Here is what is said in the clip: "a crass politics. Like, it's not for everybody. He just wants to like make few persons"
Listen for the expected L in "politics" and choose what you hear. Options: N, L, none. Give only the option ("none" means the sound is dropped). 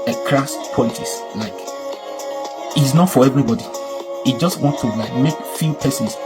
none